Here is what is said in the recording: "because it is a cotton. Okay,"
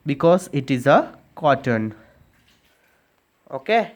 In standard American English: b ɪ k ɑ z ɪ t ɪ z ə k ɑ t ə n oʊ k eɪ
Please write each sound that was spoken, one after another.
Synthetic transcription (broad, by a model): b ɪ k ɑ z ɪ t ɪ z ə k ɑ t ə n oʊ k eɪ